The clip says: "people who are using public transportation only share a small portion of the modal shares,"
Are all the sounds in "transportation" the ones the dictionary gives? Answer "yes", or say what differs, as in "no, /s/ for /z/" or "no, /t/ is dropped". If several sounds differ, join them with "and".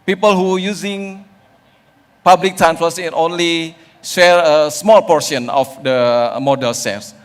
no, /f/ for /p/